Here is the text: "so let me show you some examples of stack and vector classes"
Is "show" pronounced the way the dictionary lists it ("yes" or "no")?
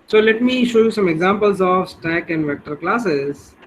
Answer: yes